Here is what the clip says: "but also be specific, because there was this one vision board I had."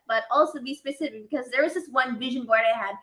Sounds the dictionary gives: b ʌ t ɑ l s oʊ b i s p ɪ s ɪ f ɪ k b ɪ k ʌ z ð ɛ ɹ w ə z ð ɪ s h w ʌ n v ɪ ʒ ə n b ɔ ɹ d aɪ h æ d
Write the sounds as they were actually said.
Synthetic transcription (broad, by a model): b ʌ t ɑ l s oʊ b i s p ɪ s ɪ f ɪ k b ɪ k ʌ z ð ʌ ɹ w ə z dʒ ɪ s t w ʌ n v ɪ ʒ ə n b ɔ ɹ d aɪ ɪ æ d